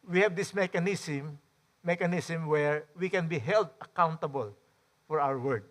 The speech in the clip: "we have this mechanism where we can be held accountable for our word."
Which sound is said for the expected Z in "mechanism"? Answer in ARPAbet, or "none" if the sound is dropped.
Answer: S